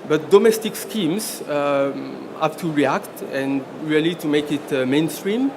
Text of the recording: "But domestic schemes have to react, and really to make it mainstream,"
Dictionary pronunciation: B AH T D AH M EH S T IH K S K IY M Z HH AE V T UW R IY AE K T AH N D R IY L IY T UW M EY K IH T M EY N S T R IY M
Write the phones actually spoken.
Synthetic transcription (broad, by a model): B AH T D AH M EH S T IH K S K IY M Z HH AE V T UW R IY AE K T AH N R IY L IY T UW M EY K IH T M EY N S T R IY M